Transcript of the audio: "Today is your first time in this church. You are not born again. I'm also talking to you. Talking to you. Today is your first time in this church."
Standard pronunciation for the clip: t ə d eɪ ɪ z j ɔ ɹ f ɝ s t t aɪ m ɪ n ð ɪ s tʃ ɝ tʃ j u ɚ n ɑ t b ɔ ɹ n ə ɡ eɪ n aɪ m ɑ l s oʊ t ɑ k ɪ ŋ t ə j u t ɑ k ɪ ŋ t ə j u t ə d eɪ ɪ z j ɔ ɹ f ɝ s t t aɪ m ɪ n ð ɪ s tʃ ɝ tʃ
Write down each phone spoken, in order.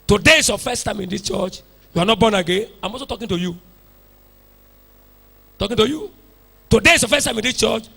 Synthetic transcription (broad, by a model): t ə d eɪ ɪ s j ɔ f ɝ s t t aɪ m ɪ n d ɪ s tʃ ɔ tʃ j u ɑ n ɑ t b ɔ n ə ɡ eɪ n aɪ m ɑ s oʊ t ɑ k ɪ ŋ t ə j u t ɑ k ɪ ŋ t ə j u t ə d eɪ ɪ s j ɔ f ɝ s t t aɪ m ɪ n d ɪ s tʃ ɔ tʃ